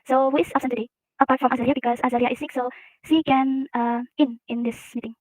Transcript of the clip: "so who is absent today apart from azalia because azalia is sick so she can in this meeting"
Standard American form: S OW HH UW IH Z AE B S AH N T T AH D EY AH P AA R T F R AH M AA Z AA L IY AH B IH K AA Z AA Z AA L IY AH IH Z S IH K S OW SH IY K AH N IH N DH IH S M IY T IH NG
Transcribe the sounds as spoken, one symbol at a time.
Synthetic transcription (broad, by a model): S OW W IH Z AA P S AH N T T AH D EY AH P AA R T F R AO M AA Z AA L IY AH B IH K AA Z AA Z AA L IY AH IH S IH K S OW S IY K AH N IH N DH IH S M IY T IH NG